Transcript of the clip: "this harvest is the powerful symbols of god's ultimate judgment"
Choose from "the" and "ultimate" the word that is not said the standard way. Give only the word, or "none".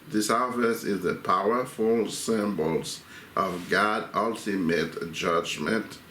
none